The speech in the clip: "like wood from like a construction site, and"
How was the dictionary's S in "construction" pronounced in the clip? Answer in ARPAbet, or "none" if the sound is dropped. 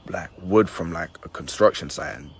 S